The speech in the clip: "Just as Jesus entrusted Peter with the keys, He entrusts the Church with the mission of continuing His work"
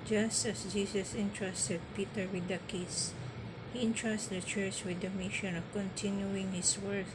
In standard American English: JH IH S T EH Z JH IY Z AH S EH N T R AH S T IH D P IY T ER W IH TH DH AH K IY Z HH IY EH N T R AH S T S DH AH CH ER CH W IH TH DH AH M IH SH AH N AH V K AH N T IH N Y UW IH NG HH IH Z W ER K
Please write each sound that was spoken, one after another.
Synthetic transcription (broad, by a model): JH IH S T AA S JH IY S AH S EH N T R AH S T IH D P IY T ER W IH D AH K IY S HH IY N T R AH S T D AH CH ER CH W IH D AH M IH SH AH N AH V K AH N T IH N Y UW IH NG HH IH S W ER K